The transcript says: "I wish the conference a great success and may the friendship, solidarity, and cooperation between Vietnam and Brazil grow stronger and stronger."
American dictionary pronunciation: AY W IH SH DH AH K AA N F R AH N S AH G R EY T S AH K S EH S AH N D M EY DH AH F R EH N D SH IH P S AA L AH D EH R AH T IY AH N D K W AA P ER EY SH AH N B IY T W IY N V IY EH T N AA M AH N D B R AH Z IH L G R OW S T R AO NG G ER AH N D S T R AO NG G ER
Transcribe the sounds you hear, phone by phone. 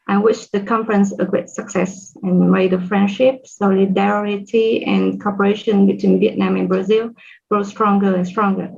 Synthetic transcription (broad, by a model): AY W IH SH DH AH K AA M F R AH N S AH G R EY T S AH K S EH S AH N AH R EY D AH F R EH N D SH IH P S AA L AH D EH R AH T IY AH N K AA P ER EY SH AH N B IY T W IY N V IY EH T N AA M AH N B R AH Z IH L G R OW S T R AO NG G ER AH N S T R AO NG G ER